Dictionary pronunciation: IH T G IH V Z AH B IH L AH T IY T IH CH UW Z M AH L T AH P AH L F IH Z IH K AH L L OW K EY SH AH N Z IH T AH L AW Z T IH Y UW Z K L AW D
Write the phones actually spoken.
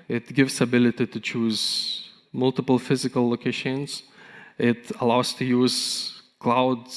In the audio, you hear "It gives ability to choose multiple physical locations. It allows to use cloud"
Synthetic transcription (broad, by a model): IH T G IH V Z AH B IH L AH T IY T IH CH UW Z M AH L T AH P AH L F IH Z IH K AH L L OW K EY SH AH N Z IH T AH L AW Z T IH Y UW Z K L AW D